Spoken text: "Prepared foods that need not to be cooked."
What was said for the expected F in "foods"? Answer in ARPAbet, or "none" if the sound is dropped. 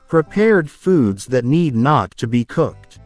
F